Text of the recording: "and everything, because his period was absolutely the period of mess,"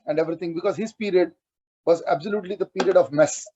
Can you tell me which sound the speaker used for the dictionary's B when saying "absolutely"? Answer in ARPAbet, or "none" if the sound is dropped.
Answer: B